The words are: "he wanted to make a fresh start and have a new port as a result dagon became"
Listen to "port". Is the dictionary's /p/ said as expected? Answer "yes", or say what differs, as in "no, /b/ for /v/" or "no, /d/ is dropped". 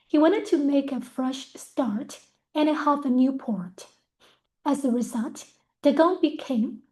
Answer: yes